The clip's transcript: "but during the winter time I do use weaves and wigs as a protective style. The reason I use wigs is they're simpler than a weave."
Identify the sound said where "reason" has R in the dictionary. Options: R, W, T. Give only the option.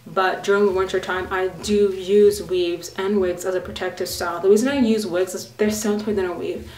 W